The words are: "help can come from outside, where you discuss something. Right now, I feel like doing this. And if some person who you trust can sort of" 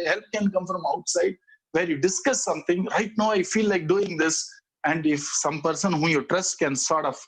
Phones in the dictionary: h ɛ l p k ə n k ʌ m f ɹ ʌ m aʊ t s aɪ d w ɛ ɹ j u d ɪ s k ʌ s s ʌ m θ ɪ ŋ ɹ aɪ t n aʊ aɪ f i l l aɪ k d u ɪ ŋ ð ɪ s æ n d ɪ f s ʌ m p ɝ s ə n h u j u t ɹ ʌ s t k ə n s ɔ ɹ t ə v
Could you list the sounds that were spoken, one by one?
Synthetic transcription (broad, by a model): h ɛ l p k ə n k ʌ m f ɹ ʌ m aʊ t s aɪ d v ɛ ɹ j u d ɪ s k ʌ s s ʌ m t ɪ ŋ ɹ aɪ t n aʊ aɪ f i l l aɪ k d u ɪ ŋ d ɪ s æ n d ɪ f s ʌ m p ɝ s ə n h u j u t ɹ ʌ s t k ə n s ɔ ɹ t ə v